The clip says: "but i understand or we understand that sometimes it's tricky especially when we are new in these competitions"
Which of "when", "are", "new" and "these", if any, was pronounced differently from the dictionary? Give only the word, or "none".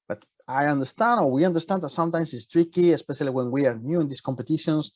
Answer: these